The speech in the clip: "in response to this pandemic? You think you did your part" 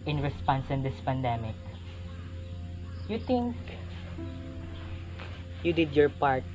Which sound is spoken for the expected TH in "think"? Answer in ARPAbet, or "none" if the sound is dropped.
T